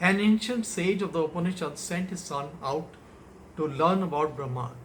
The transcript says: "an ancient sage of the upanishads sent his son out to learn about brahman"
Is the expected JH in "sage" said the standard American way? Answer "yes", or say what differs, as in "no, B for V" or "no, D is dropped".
yes